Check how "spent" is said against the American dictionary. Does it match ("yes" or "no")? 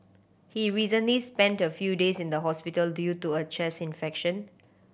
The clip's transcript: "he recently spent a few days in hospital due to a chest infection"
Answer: yes